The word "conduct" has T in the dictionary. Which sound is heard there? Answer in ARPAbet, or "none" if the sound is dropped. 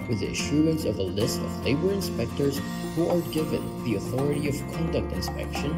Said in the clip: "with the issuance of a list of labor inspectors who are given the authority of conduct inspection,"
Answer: T